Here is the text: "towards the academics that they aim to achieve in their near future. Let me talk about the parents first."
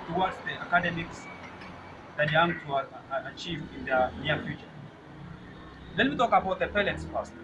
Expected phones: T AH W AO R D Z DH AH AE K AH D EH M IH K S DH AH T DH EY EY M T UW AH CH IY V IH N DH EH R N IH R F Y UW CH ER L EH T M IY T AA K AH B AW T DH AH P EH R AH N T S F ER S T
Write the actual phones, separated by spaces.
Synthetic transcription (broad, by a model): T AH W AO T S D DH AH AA K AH D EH M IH K S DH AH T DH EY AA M T UW CH IY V IH N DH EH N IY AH F Y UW CH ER L EH T M IY T AA K AH B AW T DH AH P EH L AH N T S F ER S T